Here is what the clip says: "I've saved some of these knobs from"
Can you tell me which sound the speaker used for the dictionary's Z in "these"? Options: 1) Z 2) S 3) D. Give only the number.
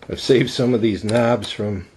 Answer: 1